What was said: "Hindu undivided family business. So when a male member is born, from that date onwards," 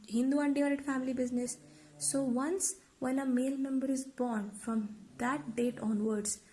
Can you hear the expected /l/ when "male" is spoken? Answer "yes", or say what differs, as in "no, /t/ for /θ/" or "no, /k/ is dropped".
yes